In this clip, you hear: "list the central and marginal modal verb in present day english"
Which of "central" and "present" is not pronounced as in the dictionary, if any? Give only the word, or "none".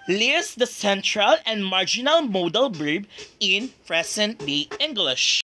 present